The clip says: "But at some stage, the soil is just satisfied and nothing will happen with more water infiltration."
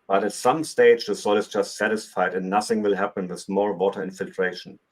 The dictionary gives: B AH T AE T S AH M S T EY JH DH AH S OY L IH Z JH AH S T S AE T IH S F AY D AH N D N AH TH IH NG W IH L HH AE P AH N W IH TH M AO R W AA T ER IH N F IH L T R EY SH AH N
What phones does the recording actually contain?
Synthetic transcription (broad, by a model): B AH T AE T S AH M S T EY JH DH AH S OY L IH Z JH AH S T S AE T IH S F AY D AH N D N AH TH IH NG W IH L HH AE P AH N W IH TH M AO L W AA T ER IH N F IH L T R EY SH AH N